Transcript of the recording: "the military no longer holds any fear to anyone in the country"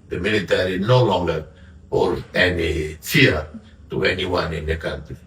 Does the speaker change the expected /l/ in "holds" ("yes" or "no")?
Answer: yes